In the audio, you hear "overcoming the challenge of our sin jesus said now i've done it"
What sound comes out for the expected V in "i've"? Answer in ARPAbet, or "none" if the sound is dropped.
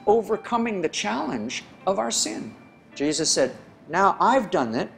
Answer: V